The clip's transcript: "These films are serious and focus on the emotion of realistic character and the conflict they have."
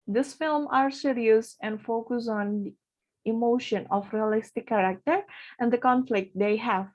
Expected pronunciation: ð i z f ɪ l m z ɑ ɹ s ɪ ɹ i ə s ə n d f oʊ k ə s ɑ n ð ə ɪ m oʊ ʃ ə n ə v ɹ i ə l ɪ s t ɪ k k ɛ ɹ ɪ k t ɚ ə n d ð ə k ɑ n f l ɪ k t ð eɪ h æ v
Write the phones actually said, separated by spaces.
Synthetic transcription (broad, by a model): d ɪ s f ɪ l m ɑ ɹ s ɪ ɹ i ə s ə n d f oʊ k ə s ɑ n ɪ m oʊ ʃ ə n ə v ɹ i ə l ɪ s t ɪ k k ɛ ɹ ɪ k t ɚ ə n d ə k ɑ n f l ɪ k t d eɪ h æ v